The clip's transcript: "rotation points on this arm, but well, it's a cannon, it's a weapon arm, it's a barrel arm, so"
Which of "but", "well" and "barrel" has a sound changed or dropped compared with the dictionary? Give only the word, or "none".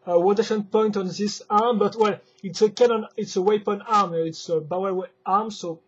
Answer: barrel